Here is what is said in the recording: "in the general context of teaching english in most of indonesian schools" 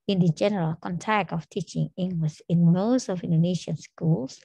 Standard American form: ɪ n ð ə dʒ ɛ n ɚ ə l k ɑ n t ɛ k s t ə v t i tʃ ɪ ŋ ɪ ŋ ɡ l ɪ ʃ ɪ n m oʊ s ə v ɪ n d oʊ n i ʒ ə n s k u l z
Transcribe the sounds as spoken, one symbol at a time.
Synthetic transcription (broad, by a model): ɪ n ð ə dʒ ɛ n ɚ ə l k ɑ n t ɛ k t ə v t i tʃ ɪ ŋ ɪ ŋ ɡ l ɪ ʃ ɪ n m oʊ s ə v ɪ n d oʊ n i ʃ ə n s k u l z